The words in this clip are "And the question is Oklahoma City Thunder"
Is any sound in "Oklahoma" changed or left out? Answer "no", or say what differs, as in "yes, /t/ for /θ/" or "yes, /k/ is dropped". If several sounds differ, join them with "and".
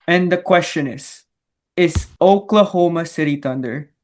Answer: no